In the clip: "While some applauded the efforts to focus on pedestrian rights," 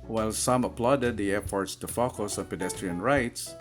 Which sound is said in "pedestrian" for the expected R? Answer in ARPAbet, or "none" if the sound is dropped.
R